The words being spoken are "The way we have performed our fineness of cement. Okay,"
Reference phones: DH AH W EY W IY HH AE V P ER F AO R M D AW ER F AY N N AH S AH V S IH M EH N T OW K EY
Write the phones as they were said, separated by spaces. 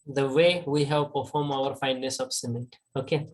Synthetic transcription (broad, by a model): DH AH W EY W IY HH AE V P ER F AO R M AW ER F AY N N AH S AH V S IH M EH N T OW K EY